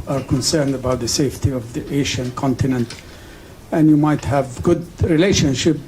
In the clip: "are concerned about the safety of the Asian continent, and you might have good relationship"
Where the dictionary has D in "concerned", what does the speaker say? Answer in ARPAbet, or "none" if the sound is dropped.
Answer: D